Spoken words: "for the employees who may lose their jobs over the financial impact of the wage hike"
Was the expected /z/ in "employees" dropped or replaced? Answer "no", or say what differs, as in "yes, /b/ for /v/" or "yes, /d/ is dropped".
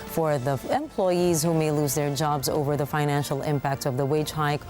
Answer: no